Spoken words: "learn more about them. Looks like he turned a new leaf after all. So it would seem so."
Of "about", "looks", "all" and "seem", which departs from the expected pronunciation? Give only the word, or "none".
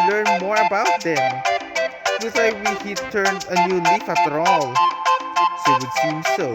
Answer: looks